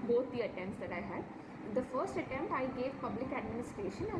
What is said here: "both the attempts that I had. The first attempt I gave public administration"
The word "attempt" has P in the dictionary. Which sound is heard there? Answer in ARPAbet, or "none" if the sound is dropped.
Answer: none